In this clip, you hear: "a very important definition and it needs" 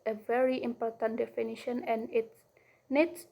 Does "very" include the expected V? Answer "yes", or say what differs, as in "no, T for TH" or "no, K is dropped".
yes